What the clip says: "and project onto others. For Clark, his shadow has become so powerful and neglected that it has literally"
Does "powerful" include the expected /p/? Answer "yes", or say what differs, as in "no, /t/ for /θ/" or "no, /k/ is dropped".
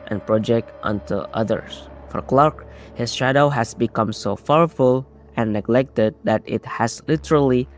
no, /f/ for /p/